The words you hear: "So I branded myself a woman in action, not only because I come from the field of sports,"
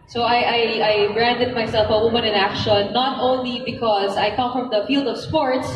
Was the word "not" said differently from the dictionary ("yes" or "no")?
no